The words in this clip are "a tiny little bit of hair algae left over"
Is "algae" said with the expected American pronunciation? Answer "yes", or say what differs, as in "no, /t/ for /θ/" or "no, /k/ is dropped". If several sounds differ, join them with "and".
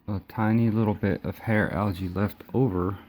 yes